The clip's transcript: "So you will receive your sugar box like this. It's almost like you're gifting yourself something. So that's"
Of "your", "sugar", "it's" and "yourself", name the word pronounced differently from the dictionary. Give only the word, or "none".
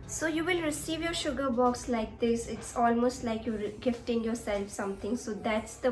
none